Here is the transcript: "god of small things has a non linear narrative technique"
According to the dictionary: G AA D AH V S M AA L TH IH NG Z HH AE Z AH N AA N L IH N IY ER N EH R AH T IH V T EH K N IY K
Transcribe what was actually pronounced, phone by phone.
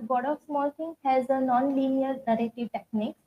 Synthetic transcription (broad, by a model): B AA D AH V S M AA L T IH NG HH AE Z AH N AA N L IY N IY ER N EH R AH T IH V T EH K N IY K